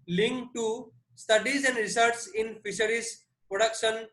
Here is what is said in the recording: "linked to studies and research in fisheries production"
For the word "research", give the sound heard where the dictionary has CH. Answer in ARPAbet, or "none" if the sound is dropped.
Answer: S